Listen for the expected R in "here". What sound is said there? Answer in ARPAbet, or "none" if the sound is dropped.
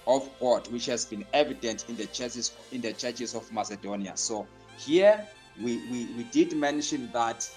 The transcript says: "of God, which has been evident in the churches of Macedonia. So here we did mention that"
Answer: W